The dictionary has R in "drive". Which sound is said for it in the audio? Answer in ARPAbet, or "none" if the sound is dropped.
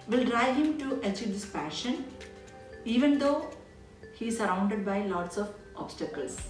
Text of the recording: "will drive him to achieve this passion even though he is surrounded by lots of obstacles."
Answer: R